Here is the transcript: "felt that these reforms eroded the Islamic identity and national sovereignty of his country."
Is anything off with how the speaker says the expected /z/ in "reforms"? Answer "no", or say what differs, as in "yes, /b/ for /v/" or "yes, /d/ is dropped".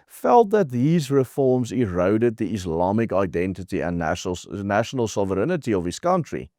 no